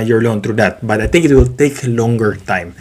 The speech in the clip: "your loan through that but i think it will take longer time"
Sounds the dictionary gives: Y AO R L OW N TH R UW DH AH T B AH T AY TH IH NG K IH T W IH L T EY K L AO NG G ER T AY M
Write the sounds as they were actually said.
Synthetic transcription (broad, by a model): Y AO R L OW N T R UW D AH T B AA T AY T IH NG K IH T W IH L T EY K L AO NG G ER T AY M